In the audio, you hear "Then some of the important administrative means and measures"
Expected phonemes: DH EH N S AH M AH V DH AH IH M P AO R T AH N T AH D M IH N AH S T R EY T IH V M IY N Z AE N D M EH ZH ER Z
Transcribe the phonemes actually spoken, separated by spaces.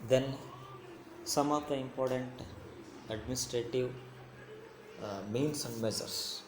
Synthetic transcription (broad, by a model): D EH N S AH M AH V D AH IH M P AO R T AH N T AH D M IH N AH S T R EY T IH V M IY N S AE N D M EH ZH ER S